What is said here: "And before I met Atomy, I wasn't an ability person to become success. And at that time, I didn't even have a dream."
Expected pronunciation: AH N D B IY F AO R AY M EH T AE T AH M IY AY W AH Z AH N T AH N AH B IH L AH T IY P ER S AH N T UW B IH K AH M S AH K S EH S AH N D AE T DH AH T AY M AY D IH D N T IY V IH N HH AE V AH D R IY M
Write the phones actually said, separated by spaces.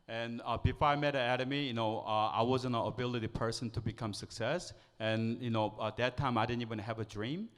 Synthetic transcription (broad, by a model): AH N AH B IY F AO R AY M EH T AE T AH M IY AY W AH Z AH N AH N AH B IH L AH T IY P ER S AH N T UW B IH K AH M S AH K S EH S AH N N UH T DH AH T AY M AY D IH D N T IY V IH N HH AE V AH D R IY M